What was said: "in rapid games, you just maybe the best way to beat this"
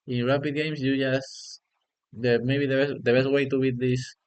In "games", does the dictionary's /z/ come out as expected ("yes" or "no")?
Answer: no